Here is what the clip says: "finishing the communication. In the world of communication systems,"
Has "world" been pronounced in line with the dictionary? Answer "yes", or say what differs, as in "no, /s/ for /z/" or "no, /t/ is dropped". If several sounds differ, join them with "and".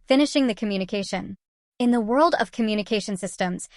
yes